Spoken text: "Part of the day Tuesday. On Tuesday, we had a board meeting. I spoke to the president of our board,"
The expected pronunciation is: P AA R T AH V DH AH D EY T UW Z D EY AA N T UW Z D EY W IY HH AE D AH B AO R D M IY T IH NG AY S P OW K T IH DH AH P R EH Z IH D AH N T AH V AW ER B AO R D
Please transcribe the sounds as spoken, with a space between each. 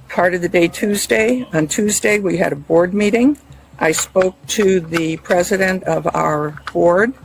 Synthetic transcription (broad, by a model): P AA R T AH V DH AH D EY T UW Z D EY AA N T UW Z D EY W IY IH D AH B AO R D M IY T IH NG AY S P OW K T IH DH AH P R EH Z IH D AH N T AH V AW ER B AO R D